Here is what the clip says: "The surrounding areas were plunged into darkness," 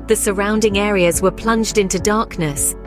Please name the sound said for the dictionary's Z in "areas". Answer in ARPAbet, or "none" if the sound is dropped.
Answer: Z